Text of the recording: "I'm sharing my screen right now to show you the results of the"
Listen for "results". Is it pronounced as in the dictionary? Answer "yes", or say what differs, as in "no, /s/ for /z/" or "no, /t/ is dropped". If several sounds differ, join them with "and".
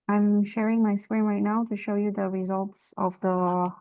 yes